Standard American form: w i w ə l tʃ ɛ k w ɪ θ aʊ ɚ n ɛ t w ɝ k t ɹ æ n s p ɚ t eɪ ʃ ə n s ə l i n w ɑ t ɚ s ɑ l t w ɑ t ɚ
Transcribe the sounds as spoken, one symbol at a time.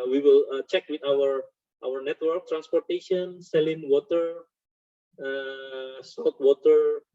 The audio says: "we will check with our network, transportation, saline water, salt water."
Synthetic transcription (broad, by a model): w i w ə l tʃ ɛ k w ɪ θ aʊ ɚ n ɛ t w ɝ k t ɹ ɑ n s p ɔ t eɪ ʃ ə n s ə l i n w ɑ t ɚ s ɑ t w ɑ t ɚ